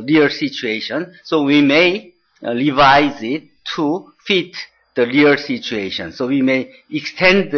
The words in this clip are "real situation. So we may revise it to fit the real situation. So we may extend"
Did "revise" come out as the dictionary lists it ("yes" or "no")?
yes